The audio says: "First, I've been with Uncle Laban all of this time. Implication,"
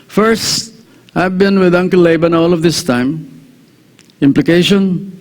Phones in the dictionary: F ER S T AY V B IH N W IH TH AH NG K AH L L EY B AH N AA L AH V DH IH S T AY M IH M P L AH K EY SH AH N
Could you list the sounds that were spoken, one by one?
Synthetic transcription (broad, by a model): F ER S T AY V B IH N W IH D AH NG K AH L L EY B AH N AA L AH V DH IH S T AY M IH M P L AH K EY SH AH N